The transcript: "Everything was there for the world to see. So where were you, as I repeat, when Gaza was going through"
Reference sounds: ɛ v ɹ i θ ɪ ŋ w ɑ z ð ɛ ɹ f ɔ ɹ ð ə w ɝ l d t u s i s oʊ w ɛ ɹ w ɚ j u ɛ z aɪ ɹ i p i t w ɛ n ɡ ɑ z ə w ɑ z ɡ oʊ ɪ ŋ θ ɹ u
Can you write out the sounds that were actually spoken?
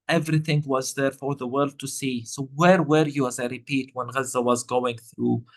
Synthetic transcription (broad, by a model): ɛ v ɹ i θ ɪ ŋ w ɑ z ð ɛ ɹ f ɔ ɹ ð ə w ɝ l d t u s i s oʊ w ɛ ɹ w ɚ j u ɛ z aɪ ɹ i p i t w ɛ n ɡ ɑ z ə w ɑ z ɡ oʊ ɪ ŋ θ ɹ u